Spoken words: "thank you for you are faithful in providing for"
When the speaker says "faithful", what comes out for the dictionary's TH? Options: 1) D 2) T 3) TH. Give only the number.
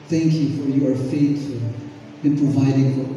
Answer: 2